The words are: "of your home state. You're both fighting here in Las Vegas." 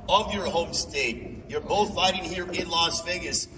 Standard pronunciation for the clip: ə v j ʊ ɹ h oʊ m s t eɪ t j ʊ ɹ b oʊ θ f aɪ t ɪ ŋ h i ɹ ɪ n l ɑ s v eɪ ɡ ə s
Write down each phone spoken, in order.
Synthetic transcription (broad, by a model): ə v j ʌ ɹ h oʊ m s t eɪ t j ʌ ɹ b oʊ θ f aɪ t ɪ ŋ h i ɹ ɪ n l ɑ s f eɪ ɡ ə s